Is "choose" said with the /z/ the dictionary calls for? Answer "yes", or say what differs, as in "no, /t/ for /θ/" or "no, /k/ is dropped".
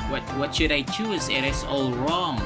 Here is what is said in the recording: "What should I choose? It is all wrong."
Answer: yes